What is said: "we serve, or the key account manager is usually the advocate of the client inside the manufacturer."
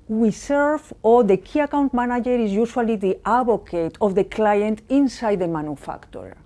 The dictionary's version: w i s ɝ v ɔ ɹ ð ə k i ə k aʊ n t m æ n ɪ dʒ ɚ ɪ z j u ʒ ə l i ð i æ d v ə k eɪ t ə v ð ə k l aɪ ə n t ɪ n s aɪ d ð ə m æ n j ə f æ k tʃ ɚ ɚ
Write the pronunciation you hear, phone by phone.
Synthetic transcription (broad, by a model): w i s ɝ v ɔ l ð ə k i ə k aʊ n t m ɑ n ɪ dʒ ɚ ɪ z j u ʃ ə l i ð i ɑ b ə k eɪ t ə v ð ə k l aɪ ə n t ɪ n s aɪ d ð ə m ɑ n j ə f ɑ k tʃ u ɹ